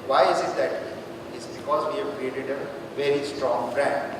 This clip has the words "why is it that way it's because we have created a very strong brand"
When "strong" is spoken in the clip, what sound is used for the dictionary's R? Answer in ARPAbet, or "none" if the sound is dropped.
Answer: R